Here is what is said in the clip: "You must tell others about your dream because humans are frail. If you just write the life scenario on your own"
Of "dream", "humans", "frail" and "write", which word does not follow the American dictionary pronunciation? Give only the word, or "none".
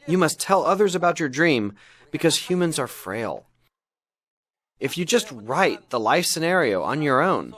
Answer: none